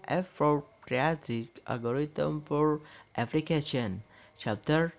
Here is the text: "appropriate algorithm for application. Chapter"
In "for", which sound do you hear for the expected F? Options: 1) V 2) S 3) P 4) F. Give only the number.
3